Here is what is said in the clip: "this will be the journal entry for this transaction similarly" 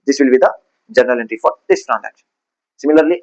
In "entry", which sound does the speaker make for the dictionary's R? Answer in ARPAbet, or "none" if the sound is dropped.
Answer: R